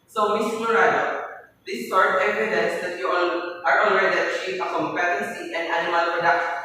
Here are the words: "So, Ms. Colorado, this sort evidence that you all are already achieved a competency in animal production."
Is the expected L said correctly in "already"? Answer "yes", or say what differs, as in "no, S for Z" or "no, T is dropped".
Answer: no, N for L